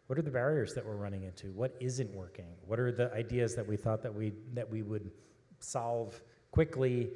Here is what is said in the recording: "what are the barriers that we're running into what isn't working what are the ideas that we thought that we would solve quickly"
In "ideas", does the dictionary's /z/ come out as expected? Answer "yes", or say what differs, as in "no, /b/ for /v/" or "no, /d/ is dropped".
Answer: yes